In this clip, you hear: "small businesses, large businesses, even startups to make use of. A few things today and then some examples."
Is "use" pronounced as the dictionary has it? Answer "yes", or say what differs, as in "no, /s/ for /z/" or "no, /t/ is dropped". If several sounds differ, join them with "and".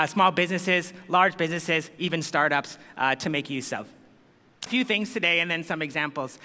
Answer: yes